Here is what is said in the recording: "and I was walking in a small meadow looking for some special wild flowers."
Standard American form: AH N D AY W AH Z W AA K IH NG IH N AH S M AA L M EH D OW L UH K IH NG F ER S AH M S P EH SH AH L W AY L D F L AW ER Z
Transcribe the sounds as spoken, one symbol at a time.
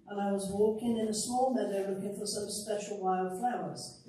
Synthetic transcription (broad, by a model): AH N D AY W AH Z W AA K IH NG IH N AH S M AA L M EH D OW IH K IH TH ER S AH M S P EH SH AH L W AY L D F L AW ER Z